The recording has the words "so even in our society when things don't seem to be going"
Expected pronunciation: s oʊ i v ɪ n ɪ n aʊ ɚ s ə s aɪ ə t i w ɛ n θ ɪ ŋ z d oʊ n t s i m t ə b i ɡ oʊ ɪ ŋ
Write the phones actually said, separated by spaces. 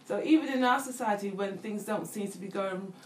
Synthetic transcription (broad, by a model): s oʊ i v ɪ n ɪ n aʊ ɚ s ə s aɪ ə t i w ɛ n θ ɪ ŋ z d oʊ n t s i m t ə b i ɡ oʊ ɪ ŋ